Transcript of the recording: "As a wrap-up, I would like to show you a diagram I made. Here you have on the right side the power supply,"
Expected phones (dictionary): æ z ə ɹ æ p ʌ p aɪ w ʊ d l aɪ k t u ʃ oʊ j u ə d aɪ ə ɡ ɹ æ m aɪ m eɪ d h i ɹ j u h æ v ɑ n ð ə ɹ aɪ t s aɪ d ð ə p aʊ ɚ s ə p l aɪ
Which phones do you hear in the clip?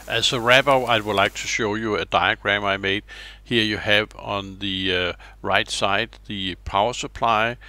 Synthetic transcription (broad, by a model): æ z ə ɹ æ b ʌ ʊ aɪ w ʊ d l aɪ k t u ʃ oʊ j u ə d aɪ ə ɡ ɹ æ m aɪ m eɪ d h i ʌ j u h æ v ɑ n ð ə ɹ aɪ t s aɪ d ð ə p aʊ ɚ s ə p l aɪ